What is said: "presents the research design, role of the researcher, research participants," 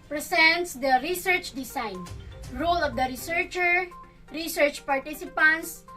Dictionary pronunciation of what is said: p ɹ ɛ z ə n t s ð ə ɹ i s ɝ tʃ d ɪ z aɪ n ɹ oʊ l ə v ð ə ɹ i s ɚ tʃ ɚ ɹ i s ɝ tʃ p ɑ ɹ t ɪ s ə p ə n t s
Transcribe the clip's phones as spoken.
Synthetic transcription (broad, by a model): p ɹ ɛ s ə n t s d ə ɹ i s ɝ tʃ d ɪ s aɪ n ɹ oʊ l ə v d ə ɹ i s ɚ tʃ ɚ ɹ i s ɝ tʃ p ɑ ɹ t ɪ s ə p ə n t s